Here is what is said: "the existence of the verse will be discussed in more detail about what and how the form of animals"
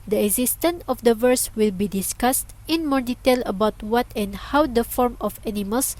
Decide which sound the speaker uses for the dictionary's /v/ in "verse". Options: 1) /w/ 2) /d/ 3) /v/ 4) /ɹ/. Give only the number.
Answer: 3